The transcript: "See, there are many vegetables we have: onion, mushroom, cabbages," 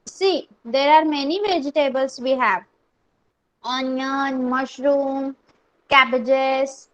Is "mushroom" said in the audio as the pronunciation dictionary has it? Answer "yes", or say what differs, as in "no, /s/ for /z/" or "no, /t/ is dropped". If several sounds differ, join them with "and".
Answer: yes